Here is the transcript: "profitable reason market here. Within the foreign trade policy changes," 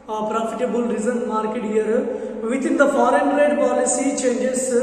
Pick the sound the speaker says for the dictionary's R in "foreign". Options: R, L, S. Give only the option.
R